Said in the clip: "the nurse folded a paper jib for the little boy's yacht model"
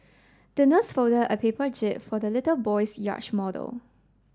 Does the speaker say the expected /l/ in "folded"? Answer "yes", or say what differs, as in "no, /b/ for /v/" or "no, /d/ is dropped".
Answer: no, /l/ is dropped